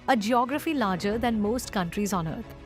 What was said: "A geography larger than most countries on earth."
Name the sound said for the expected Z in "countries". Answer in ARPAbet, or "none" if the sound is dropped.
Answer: Z